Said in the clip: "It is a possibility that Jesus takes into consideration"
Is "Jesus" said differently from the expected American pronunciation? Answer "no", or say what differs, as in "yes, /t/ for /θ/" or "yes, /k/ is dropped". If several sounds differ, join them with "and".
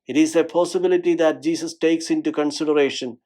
yes, /s/ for /z/